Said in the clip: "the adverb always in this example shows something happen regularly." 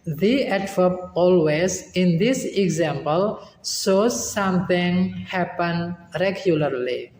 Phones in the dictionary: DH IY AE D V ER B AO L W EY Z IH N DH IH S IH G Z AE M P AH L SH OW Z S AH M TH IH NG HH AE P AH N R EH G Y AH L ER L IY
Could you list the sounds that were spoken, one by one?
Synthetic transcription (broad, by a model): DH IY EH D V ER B AO L W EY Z IH N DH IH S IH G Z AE M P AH L S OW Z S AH M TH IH NG HH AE P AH N R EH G Y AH L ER L IY